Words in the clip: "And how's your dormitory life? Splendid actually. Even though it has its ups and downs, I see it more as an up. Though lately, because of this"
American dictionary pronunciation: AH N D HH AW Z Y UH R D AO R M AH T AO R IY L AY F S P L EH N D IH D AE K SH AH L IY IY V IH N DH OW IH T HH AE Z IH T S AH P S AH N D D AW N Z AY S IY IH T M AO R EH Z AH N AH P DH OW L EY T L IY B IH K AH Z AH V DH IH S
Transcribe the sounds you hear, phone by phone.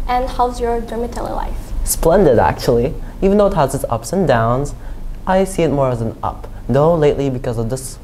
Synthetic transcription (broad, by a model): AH N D HH AW Z Y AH R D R M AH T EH L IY L AY F S P L EH N D IH D AE K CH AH L IY IY V IH N DH OW IH T HH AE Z IH T S AH P S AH N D D AW N Z AY S IY IH T M AO R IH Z AH N AH P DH OW L EY T L IY B IH K AH Z AH V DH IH S